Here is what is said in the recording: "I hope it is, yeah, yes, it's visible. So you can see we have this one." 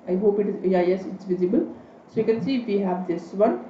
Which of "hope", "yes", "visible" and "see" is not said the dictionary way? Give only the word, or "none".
none